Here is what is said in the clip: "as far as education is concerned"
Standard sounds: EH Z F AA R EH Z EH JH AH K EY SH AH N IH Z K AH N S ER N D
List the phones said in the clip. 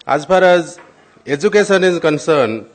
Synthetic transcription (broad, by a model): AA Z P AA R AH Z EH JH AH K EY S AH N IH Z K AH N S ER N